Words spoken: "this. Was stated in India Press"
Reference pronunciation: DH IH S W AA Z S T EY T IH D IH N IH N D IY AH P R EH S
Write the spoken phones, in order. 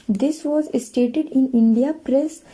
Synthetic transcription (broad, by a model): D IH S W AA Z S T EY T IH D IH N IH N D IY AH P R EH S